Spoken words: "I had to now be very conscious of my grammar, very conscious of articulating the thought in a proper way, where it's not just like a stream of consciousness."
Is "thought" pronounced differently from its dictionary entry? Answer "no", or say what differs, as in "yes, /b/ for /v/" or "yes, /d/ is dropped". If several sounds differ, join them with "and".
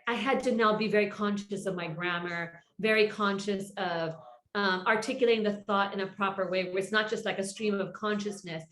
no